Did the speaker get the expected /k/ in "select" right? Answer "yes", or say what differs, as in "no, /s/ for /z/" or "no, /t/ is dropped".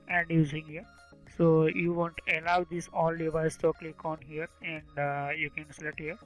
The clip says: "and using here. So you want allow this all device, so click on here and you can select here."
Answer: no, /k/ is dropped